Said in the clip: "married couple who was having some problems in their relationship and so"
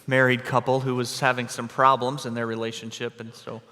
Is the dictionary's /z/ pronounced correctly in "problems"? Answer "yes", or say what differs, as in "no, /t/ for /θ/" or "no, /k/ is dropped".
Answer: yes